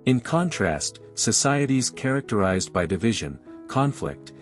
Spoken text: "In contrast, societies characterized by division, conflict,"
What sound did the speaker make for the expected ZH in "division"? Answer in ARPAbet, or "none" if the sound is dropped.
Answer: ZH